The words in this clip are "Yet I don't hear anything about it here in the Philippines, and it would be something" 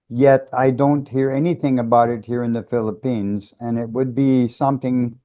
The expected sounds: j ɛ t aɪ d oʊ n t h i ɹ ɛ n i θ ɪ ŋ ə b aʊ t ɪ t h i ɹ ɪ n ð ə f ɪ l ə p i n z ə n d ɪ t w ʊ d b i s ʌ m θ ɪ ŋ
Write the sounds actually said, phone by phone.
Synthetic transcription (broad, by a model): j ɛ t aɪ d oʊ n t h i ɹ ɛ n i θ ɪ ŋ ə b aʊ t ɪ t h i ɹ ɪ n ð ə f ɪ l ə p i n z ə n ɪ t w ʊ d b i s ʌ m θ ɪ ŋ